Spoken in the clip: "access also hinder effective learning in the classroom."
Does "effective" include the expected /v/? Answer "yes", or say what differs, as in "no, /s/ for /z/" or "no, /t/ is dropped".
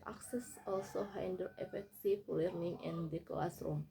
no, /f/ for /v/